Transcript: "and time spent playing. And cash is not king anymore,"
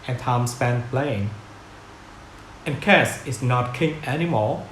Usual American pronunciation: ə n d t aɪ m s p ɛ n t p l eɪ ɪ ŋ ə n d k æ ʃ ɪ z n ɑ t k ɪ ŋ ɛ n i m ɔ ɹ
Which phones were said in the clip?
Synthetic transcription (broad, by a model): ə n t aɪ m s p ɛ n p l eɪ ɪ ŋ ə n k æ s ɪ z n ɑ t k ɪ ŋ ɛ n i m ɔ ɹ